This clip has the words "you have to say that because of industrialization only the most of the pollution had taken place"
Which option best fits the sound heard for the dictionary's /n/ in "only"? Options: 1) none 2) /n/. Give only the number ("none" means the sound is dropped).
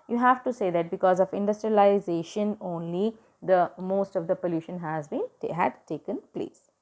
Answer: 2